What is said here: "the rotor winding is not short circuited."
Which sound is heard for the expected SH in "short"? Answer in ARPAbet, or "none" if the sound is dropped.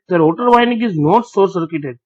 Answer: S